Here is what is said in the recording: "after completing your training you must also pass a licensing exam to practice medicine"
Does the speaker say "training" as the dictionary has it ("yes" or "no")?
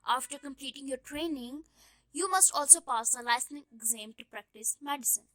yes